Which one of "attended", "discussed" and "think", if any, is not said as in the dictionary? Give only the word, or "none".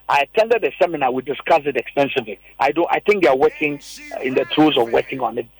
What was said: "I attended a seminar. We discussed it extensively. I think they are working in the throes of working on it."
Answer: discussed